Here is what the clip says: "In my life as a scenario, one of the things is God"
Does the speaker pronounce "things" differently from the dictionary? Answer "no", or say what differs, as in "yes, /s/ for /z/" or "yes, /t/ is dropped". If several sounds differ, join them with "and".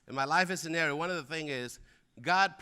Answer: yes, /z/ is dropped